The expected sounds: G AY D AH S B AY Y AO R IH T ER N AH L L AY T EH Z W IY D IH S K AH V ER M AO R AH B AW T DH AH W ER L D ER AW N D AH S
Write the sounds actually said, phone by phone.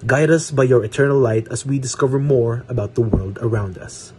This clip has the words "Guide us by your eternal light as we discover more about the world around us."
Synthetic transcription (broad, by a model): G AY D AH S B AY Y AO R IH T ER N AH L L AY T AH S W IY D IH S K AH V ER M AO R AH B AW T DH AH W ER L D ER AW N D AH S